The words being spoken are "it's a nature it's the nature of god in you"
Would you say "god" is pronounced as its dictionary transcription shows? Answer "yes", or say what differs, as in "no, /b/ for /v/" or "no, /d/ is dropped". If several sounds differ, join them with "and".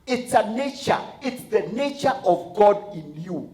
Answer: yes